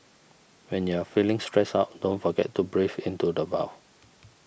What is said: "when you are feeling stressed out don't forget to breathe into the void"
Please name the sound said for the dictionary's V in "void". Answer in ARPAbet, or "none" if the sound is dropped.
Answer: B